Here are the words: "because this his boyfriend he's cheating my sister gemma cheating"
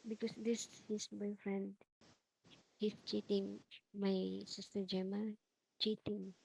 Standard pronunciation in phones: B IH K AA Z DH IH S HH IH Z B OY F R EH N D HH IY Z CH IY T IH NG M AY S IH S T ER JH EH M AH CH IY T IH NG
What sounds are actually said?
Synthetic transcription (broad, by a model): B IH K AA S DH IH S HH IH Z B OY F R EH N D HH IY S CH IY T IH NG M AY S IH S T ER JH EH M AH CH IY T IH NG